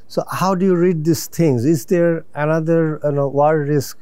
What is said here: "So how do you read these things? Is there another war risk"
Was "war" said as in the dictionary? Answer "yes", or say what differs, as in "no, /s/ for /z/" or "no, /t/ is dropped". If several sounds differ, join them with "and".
no, /w/ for /ɹ/